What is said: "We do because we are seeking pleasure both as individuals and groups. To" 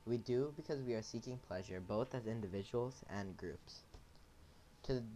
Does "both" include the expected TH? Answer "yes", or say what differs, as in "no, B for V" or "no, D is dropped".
yes